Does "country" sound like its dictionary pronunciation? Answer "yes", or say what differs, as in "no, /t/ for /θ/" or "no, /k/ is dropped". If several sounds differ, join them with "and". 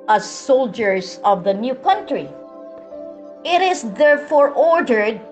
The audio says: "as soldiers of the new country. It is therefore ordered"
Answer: yes